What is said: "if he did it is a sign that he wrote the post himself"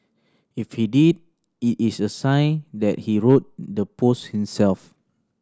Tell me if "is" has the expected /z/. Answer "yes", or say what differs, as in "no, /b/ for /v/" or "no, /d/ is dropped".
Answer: no, /s/ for /z/